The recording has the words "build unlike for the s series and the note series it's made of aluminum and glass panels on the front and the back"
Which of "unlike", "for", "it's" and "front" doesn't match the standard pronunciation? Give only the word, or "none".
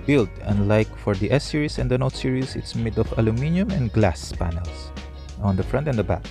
none